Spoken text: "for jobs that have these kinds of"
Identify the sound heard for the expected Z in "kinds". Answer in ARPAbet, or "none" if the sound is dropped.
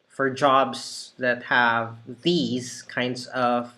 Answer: Z